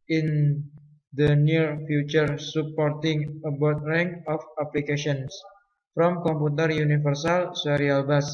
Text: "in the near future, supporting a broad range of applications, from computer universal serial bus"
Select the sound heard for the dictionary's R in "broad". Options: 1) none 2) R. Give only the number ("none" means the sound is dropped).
1